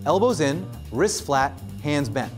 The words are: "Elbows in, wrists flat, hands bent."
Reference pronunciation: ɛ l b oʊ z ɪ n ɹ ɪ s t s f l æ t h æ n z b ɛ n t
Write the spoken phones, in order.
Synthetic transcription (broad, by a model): ɛ l b oʊ z ɪ n ɹ ɪ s s f l æ t h æ n z b ɛ n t